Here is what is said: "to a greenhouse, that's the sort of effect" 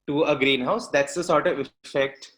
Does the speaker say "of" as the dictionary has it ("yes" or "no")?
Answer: yes